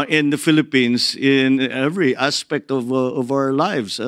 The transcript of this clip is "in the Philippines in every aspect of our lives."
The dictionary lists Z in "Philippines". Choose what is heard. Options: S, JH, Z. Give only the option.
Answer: S